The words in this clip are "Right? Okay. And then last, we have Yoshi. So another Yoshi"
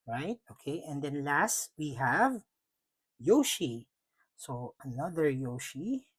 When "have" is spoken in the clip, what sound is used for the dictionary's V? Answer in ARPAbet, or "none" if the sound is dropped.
V